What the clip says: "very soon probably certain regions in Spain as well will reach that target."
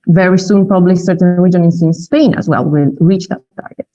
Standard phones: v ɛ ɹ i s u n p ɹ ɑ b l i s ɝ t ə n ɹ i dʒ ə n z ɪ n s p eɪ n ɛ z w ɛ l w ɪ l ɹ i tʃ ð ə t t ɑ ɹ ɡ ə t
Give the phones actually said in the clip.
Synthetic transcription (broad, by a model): v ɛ ɹ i s u n p ɑ b l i s ɝ t ə n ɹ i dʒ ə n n ɪ n s p eɪ n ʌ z w ɛ l w ɪ l ɹ i tʃ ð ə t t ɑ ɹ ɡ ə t